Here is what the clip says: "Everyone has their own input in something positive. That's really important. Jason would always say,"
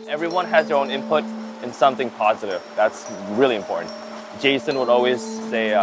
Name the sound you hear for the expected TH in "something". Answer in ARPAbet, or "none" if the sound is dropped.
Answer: TH